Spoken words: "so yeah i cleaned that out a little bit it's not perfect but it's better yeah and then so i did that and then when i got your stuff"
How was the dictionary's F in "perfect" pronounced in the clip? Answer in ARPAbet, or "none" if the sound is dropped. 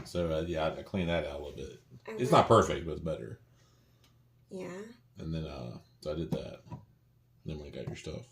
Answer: F